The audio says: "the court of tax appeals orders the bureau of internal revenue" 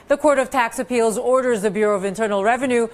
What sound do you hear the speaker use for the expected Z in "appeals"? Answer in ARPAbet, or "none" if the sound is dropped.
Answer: Z